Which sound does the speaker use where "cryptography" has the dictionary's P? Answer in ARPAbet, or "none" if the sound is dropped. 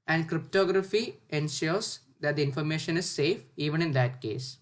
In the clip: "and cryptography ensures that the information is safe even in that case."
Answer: P